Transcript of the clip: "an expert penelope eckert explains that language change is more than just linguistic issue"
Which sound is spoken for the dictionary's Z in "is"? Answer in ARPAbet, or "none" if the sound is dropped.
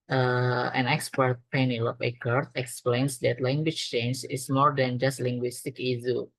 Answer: S